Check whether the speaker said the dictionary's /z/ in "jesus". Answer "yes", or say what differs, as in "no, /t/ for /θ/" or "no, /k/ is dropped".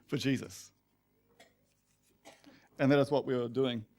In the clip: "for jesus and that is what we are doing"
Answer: yes